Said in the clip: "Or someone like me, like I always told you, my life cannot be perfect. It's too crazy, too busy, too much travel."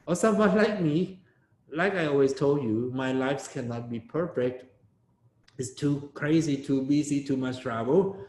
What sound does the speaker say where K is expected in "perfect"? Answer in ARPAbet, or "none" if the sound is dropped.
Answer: K